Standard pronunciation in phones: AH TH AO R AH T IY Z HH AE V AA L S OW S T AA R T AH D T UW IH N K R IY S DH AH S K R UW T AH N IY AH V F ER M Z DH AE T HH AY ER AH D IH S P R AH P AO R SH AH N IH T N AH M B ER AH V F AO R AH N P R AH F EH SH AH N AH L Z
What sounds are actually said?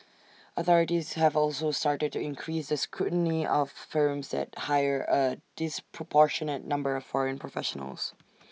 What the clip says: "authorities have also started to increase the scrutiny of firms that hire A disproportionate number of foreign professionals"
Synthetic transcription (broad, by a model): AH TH AO R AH T IY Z HH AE V AA L S OW S T AA R T AH D T UW IH N K R IY S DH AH S K R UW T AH N IY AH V F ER M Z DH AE T HH AY ER AH D IH S P R AH P AO R SH AH N IH T N AH M B ER AH V F AO R AH N P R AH F EH SH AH N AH L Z